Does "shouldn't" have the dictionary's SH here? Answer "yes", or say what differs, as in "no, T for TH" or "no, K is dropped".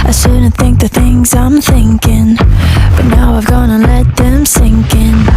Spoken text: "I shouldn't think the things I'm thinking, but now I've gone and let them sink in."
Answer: no, S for SH